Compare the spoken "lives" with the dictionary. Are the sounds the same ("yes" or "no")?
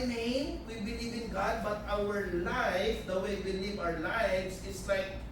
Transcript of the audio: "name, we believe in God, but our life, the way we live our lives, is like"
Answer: no